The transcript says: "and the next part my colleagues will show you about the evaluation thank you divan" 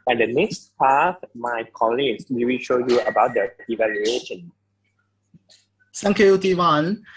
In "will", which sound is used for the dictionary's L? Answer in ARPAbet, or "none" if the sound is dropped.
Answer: W